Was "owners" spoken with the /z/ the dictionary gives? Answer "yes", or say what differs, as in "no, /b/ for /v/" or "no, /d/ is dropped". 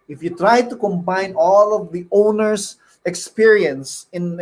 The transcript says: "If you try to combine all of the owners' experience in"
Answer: no, /s/ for /z/